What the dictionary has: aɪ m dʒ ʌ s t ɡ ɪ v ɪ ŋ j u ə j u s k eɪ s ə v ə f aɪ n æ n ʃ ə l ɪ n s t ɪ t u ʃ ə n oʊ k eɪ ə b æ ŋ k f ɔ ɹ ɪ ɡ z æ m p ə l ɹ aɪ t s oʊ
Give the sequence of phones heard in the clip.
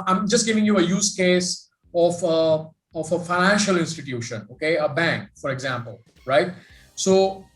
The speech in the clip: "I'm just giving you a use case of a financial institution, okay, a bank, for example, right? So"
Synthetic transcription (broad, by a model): aɪ m dʒ ʌ s t ɡ ɪ v ɪ ŋ j u ə j u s k eɪ s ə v ə f aɪ n æ n ʃ ə l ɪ n s t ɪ t u ʃ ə n oʊ k eɪ ə b æ ŋ k f ɔ ɹ ɪ ɡ z æ m p ə l ɹ aɪ t s oʊ